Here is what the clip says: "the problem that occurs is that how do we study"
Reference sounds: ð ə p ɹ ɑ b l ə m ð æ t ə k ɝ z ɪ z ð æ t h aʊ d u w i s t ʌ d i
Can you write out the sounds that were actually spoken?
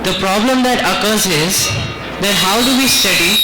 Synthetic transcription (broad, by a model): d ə p ɹ ɑ b l ə m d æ t ə k ɝ z ɪ z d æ t h aʊ d u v i s t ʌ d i